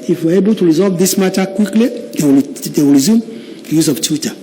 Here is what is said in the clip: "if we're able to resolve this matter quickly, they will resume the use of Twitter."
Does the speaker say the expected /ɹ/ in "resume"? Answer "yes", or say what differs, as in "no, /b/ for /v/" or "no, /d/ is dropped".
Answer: yes